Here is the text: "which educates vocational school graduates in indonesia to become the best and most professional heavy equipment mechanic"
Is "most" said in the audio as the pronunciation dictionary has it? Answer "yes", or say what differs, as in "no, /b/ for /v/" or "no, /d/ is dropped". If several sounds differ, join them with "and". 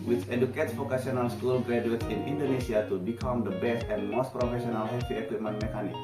yes